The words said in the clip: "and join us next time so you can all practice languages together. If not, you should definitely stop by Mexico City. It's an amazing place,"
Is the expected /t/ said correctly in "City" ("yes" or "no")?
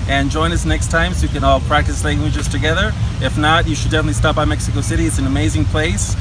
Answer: yes